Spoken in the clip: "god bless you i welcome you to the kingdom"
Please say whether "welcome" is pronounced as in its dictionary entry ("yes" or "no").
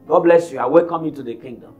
no